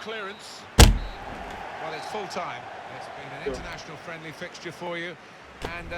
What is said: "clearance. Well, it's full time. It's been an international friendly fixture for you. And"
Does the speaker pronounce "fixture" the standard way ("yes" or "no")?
yes